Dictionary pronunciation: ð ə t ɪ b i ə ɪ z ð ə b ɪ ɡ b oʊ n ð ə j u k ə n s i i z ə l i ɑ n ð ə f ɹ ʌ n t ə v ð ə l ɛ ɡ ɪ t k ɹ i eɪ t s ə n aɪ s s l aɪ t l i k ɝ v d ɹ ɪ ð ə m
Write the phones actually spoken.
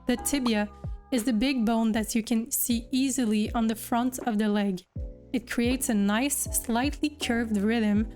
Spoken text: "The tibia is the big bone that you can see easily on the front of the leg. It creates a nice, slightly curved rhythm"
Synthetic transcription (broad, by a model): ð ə t ɪ b i ə ɪ z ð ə b ɪ ɡ b oʊ n ð ə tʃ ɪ k ə n s i i z ə l i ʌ n ð ə f ɹ ʌ n t ə v ð ə l ɛ ɡ ɪ t k ɹ i eɪ t s ə n aɪ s s l aɪ t l i k ɝ v d ɹ ɪ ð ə m